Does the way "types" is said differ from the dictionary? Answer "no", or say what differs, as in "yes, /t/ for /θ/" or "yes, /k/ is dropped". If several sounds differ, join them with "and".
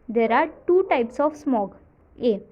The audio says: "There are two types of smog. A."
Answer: no